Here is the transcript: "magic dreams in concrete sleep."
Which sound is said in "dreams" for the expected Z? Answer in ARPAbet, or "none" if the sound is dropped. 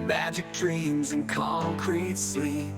Z